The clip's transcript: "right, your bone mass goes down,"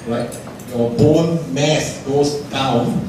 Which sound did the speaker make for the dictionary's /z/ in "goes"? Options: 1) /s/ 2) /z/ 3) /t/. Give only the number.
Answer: 1